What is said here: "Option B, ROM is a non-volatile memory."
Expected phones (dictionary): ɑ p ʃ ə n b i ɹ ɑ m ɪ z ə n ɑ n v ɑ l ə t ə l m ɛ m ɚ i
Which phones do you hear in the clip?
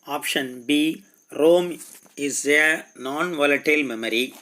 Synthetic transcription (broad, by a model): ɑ p ʃ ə n b i ɹ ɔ m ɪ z ə n ɑ n v ɑ l ə t ə l m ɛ m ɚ i